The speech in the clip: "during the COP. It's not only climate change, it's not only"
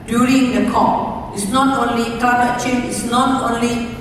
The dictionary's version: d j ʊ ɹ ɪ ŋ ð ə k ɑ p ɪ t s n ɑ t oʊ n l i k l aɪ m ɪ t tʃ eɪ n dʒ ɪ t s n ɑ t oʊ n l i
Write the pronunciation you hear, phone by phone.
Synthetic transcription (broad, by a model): d j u ɹ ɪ ŋ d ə k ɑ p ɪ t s n ɑ t oʊ n l i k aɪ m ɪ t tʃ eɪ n ɪ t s n ɑ t oʊ n l i